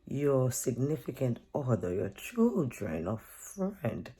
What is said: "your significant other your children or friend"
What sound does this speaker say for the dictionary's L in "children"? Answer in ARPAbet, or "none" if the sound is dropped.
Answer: L